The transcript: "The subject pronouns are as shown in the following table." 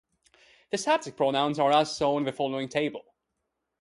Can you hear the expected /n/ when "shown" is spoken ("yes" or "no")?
no